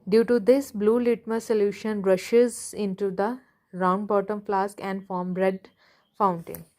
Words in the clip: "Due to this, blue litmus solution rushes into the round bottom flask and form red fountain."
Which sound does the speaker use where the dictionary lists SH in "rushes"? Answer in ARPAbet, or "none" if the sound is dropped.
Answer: SH